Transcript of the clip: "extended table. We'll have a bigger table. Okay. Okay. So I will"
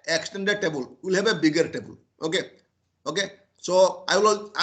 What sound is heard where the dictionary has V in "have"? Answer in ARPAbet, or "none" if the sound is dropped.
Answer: B